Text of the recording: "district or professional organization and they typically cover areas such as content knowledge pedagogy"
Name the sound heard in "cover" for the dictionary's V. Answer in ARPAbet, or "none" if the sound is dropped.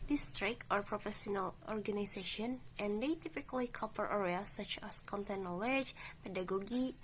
P